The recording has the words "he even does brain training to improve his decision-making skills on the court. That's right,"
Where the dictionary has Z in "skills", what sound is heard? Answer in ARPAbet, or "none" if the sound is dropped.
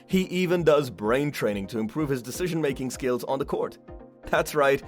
Z